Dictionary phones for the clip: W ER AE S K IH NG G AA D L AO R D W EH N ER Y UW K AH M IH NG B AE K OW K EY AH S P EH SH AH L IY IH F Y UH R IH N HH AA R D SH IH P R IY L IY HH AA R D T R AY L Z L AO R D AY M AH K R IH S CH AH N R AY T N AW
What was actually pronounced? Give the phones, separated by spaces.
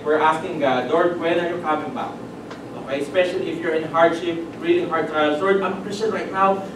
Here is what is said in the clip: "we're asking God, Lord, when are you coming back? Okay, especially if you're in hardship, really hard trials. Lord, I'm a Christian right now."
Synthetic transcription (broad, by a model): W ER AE S K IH NG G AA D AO R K W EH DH ER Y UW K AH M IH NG B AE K OW K EY AH S P EH SH AH L IY IH F Y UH R IH N HH AA R D SH IH P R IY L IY HH AA R D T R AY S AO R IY AY M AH K R IH S CH AH N R AY T N AW